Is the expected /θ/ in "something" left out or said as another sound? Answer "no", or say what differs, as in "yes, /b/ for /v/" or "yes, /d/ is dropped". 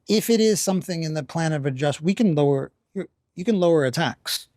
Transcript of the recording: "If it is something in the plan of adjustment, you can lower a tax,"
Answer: no